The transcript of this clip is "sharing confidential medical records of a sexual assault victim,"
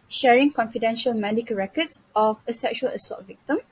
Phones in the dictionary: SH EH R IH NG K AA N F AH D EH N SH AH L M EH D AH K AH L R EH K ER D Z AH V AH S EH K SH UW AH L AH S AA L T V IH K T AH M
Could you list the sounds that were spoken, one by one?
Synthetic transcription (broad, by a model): SH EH R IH NG K AA N F AH D EH N SH AH L M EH D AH K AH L R EH K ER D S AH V AH S EH K SH UW AH L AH S AA T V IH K T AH M